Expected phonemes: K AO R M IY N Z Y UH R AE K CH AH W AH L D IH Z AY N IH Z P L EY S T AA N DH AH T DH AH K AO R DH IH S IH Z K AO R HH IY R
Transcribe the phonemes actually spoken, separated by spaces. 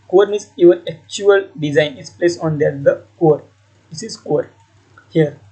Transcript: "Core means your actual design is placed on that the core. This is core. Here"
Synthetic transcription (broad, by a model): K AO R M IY Z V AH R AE K CH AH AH L D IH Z AY N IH S P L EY S AA N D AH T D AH K AO R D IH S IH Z K AO R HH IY R